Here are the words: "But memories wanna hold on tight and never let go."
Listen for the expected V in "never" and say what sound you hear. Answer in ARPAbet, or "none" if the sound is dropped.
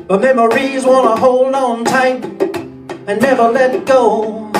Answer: B